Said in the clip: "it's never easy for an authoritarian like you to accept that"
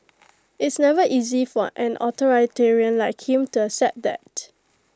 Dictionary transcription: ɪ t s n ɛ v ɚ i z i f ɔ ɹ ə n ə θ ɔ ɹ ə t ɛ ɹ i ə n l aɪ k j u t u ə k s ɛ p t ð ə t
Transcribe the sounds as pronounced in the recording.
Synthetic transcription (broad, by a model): ɪ t s n ɛ v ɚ i z i f ɔ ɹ ə n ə t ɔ ɹ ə t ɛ ɹ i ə n l aɪ k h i t u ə s ɛ t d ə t